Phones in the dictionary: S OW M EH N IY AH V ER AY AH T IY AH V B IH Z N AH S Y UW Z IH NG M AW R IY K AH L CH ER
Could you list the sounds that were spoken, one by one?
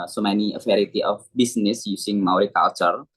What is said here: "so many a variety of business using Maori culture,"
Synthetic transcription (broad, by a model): S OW M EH N IY AH F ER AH T IY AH F B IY S N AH S Y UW S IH NG M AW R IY K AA L CH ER